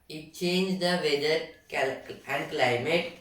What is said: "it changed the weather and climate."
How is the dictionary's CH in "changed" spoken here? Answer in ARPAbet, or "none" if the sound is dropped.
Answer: CH